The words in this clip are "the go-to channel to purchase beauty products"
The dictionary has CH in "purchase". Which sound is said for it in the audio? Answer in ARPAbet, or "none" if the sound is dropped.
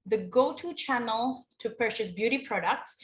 SH